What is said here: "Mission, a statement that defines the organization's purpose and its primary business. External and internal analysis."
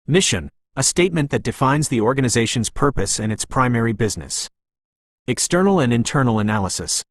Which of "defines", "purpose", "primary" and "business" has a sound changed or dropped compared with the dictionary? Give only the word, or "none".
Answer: none